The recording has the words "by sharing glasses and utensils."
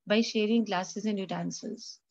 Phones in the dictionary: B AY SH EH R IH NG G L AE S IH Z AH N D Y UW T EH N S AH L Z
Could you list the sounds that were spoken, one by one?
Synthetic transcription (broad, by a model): B AY SH EH R IH NG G L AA S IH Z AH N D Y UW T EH N S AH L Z